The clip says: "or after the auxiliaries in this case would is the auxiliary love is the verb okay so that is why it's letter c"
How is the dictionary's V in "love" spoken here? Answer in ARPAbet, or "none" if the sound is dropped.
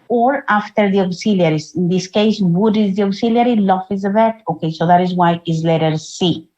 F